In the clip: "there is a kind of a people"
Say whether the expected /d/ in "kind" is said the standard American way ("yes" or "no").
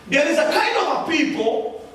no